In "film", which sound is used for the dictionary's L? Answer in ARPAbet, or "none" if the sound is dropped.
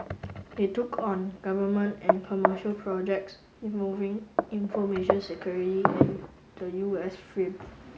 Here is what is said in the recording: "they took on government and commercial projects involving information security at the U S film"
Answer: none